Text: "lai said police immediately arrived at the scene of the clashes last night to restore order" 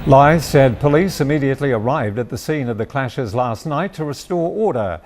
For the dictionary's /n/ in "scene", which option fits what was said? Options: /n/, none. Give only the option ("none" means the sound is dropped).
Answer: /n/